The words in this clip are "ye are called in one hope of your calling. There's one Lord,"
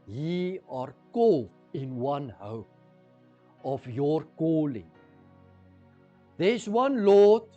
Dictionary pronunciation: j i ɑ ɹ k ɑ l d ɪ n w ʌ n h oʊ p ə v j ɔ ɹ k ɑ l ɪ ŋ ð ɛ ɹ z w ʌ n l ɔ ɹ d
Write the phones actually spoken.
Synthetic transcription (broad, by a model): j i ɑ ɹ k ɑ l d ɪ n w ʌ n h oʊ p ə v j ɔ ɹ k ɑ l ɪ ŋ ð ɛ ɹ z w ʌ n l ɔ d